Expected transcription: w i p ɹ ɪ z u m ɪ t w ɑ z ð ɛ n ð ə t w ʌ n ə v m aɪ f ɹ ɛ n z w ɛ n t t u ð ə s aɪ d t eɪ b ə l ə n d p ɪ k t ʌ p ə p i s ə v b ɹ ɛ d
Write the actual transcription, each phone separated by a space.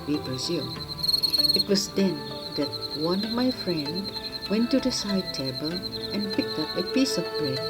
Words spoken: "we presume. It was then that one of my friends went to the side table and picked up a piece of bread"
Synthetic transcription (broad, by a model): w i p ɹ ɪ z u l ɪ t w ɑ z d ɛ n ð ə t w ʌ n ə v m aɪ f ɹ ɛ n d w ɛ n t t u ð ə s aɪ d t eɪ b ə l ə n p ɪ k t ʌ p ə p i s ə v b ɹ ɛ